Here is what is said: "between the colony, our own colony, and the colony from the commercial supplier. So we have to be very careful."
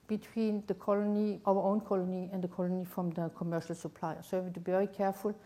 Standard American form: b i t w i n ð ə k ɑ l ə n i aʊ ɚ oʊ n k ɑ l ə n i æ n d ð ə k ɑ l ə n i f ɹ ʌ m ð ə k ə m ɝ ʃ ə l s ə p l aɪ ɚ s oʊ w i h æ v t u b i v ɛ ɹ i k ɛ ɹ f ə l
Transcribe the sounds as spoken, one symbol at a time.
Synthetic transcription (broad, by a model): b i t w i n ð ə k ɑ l ə n i aʊ ɚ oʊ n k ɑ l ə n i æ n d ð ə k ɑ l ə n i f ɹ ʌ m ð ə k ə m ɝ ʃ ə l s ə p l aɪ ɚ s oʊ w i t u b i v ɛ ɹ i k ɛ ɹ f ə l